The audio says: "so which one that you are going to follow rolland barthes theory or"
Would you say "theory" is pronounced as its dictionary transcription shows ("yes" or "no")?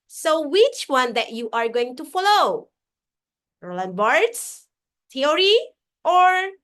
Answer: no